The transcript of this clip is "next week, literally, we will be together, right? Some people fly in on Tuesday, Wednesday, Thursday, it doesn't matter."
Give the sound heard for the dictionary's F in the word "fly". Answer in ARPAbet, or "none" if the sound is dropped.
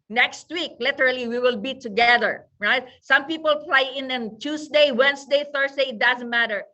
P